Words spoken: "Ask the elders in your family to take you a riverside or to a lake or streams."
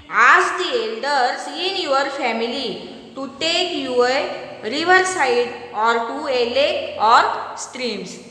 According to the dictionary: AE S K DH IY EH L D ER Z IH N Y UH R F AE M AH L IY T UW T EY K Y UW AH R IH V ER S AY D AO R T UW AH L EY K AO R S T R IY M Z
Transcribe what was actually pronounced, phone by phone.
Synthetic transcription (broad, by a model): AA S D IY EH L D ER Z IH N Y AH R F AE M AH L IY T UW T EY K Y UW AH R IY V ER S AY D AO R T UW AH L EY AO R S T R IY M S